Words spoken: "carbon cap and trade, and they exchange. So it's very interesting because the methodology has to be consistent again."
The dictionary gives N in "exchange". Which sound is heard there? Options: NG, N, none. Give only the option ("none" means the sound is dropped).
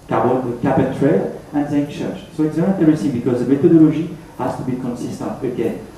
none